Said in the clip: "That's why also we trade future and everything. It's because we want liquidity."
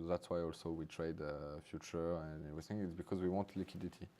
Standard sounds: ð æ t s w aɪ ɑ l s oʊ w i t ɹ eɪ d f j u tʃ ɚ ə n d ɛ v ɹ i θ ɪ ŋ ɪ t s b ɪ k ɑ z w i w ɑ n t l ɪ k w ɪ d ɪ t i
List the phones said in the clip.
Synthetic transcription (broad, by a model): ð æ t s w aɪ ɑ l s oʊ w i t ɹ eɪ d f j u tʃ ɚ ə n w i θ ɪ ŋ ɪ t s b ɪ k ɑ z w i w ɑ n t l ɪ k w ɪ d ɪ t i